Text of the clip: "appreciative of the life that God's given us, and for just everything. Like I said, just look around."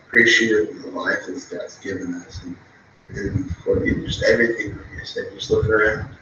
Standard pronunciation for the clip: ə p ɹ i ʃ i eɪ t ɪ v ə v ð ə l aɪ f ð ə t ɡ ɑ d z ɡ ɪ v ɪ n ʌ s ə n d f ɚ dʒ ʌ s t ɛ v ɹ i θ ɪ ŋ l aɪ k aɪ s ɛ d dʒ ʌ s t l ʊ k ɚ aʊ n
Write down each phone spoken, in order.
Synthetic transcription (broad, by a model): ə p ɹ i ʃ i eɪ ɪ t ð ə l aɪ f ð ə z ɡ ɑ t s ɡ ɪ v ɪ n ʌ s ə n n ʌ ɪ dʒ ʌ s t ɛ v ɹ i θ ɪ ŋ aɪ ɪ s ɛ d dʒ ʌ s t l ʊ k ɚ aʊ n